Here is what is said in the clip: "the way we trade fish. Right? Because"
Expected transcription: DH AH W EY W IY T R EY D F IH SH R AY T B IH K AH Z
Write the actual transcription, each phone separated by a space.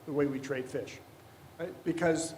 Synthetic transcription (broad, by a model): DH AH W EY W IY T R EY D F IH SH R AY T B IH K AH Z